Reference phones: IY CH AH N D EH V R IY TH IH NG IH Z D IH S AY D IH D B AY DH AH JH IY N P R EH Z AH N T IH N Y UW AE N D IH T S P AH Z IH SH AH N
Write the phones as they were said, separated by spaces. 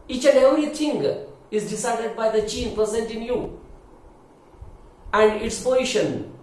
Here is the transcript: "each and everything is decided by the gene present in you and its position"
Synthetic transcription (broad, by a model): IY CH AH N D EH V R IY T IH NG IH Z D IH S AY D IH D B AY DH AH CH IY N P R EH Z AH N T IH N Y UW AE N D IH T S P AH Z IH SH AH N